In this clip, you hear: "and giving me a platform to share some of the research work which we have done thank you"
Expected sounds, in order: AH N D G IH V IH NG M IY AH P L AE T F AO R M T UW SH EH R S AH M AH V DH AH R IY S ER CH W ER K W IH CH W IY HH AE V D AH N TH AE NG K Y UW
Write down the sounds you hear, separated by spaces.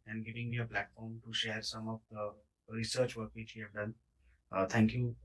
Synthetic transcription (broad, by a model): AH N D G IH V IH NG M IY AH P L AE T F AO R M T UW SH EH R S AH M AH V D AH R IY S ER CH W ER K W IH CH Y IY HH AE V D AH N T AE NG K Y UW